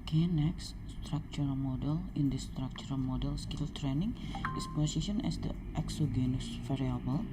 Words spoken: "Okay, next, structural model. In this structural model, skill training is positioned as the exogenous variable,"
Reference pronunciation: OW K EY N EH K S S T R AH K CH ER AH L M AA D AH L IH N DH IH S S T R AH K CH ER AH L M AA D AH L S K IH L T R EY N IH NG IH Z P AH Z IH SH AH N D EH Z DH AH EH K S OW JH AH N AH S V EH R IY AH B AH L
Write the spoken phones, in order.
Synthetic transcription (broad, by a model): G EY N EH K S S T R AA K CH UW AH M AA D AH L IH N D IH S S T R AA K CH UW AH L M AA D AH L S K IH L T R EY N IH NG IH S P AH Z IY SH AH N EH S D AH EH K S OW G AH N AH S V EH R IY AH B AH L